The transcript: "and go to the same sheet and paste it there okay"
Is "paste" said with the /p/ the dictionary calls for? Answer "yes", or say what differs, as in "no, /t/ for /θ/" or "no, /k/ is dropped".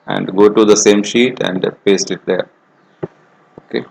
yes